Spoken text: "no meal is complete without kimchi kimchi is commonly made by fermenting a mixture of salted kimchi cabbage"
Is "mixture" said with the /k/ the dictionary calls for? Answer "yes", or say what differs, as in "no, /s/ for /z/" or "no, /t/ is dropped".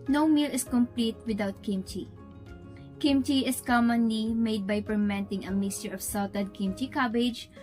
no, /k/ is dropped